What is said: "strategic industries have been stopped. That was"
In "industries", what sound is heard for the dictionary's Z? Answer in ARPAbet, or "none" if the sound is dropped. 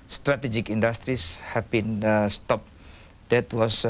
S